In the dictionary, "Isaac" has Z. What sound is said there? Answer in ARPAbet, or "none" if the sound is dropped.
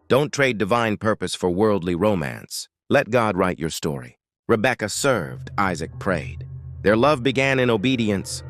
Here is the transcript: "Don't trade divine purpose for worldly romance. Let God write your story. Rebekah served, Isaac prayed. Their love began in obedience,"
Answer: Z